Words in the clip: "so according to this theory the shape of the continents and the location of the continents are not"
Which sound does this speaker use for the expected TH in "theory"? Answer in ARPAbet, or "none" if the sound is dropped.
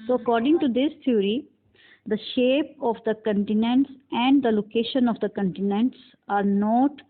T